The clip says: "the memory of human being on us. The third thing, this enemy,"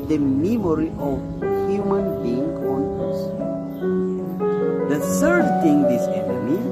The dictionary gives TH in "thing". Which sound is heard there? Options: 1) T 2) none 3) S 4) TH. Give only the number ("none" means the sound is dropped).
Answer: 1